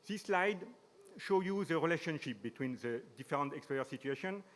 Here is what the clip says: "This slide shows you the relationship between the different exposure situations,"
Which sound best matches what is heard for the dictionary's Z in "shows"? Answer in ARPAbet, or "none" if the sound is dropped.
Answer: none